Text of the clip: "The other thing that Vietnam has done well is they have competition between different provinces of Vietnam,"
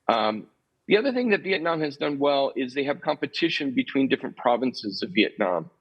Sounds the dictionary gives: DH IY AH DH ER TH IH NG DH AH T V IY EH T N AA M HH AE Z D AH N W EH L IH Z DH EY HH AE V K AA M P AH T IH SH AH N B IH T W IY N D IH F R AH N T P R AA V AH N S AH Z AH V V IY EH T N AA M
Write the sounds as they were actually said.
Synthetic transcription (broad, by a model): DH IY AH DH ER TH IH NG DH AH T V IY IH T N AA M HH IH Z D AH N W EH L IH Z DH EY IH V K AA M P AH T IH SH AH N B IH T W IY N D IH F R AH N P R AA V AH N S AH Z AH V V IY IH T N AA M